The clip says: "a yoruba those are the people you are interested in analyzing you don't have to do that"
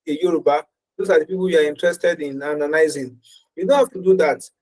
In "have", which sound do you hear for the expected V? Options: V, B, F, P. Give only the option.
F